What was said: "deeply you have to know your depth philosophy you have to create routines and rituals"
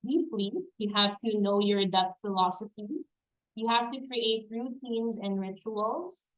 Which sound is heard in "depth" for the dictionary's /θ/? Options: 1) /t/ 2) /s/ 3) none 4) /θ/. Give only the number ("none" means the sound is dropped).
1